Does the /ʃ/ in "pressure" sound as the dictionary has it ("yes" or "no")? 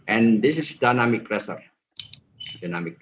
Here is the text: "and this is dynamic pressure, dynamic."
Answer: no